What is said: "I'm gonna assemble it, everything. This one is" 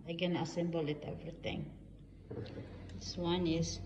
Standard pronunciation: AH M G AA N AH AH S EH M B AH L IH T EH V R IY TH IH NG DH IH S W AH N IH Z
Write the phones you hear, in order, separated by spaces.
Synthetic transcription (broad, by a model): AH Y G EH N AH AH S EH M B AH L IH T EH V R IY T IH NG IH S W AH N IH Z